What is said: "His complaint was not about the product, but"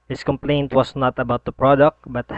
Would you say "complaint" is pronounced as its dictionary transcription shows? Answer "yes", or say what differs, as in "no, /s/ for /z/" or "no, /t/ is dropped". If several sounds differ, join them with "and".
yes